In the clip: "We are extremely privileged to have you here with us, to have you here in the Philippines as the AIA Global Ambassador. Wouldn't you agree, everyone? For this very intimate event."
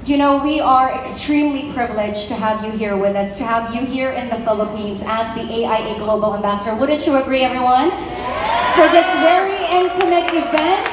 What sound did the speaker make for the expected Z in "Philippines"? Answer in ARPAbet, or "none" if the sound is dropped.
Z